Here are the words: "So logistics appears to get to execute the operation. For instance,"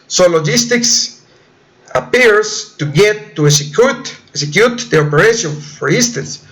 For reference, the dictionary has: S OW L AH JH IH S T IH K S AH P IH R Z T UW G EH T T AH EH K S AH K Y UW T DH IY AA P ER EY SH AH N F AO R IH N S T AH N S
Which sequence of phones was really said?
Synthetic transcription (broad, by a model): S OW L AH JH IH S T IH K S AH P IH R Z T UW G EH T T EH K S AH K Y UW T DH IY AA P ER EY SH AH N F AO R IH N S T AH N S